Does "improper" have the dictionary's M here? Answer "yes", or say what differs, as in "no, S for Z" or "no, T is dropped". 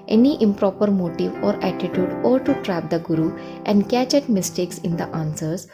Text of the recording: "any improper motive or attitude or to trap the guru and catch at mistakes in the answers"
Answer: yes